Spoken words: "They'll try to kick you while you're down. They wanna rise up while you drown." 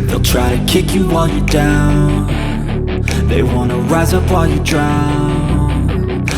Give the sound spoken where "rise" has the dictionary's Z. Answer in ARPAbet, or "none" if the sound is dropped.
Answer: Z